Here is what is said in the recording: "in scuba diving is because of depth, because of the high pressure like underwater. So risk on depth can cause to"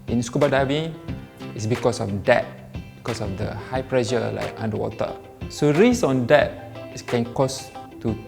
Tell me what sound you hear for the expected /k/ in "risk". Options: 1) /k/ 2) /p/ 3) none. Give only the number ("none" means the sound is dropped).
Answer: 3